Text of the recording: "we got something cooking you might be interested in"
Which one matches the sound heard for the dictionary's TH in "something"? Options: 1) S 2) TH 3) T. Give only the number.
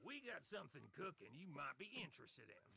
2